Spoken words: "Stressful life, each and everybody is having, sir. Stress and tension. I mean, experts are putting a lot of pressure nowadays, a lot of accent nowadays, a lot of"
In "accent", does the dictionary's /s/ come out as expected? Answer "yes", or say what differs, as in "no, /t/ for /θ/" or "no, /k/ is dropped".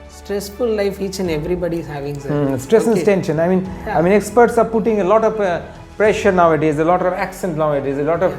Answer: yes